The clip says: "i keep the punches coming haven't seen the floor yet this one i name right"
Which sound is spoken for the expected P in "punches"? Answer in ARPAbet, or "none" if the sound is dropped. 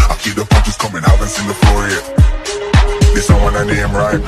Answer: F